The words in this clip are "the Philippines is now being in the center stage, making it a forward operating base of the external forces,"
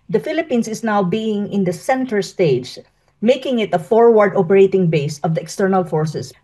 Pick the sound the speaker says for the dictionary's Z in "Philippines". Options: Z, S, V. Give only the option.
S